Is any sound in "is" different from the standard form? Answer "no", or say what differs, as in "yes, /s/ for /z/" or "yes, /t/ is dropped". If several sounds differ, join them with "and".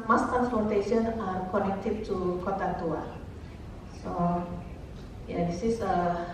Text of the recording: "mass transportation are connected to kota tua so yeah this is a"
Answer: yes, /s/ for /z/